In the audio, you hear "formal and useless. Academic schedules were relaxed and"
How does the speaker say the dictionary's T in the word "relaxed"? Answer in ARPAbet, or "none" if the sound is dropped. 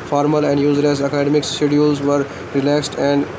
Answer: T